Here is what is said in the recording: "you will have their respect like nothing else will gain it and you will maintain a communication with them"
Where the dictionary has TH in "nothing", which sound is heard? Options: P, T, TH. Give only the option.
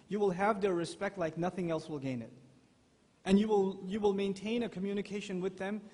TH